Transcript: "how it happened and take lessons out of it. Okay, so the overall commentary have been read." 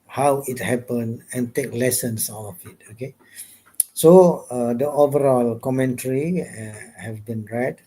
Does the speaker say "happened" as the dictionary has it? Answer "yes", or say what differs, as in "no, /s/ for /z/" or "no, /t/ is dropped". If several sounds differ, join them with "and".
no, /d/ is dropped